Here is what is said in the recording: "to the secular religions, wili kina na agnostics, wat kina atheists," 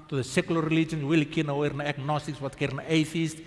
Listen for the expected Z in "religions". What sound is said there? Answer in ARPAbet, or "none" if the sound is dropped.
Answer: none